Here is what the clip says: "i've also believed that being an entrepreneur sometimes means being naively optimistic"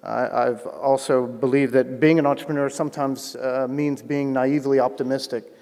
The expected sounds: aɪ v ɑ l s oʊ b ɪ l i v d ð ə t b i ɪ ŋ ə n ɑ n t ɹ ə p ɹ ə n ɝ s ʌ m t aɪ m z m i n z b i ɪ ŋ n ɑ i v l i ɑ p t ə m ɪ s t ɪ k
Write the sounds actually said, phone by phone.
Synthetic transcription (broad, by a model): aɪ v ɑ l s oʊ b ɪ l i v ð ə t b i ɪ ŋ ə n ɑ n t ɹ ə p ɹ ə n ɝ s ʌ m t aɪ m z m i n z b i ɪ ŋ n ɑ i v l i ɑ p t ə m ɪ s t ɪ k